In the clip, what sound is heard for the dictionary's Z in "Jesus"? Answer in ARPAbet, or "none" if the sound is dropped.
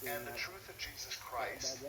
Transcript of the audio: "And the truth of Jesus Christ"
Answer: Z